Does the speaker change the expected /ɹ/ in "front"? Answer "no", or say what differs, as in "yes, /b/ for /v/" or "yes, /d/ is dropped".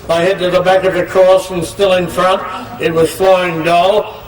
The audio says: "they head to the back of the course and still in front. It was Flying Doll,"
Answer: no